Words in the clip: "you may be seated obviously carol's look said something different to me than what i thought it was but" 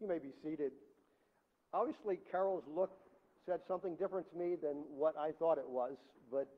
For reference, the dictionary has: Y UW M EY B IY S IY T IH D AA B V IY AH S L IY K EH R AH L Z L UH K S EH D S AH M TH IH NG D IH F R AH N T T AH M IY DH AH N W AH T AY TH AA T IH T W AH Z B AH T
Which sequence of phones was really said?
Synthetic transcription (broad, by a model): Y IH M EY B IY S IY T IH D AA B V IY AH S L IY K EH R L Z L UH K S EH D S AH M TH IH NG D IH F R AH N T T AH M IY DH AH N W AH T AY TH AA T IH T W AH Z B AH T